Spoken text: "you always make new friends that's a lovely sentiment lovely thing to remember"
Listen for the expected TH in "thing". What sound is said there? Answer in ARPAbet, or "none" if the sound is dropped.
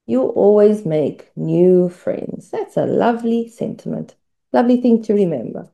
TH